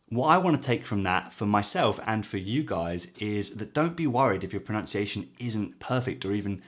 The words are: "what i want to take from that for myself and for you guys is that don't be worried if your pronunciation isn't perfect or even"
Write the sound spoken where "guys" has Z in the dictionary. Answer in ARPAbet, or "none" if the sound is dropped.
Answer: Z